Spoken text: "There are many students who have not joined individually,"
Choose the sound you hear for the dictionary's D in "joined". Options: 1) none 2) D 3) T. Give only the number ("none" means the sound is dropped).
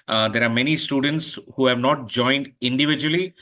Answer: 2